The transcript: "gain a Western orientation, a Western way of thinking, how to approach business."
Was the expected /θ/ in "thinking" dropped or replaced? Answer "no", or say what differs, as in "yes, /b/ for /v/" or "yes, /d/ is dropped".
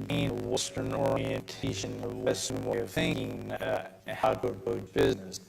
no